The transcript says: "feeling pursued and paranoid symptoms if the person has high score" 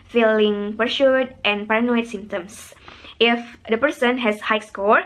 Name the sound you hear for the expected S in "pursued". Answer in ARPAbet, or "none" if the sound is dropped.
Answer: SH